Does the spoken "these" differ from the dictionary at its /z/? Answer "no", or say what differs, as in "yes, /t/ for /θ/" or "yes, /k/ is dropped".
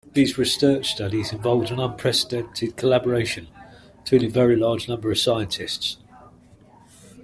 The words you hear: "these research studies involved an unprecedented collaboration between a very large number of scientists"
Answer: no